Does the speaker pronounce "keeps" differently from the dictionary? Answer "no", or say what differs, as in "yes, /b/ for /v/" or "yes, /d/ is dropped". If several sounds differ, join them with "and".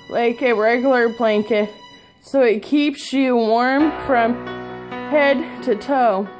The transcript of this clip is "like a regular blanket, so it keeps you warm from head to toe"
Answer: no